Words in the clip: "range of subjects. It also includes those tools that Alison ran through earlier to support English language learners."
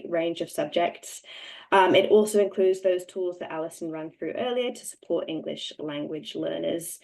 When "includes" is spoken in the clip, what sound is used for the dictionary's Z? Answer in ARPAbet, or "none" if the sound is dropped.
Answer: Z